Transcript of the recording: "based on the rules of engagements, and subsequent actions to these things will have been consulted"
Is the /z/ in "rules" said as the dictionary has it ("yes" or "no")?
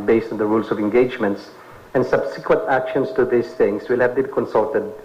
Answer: no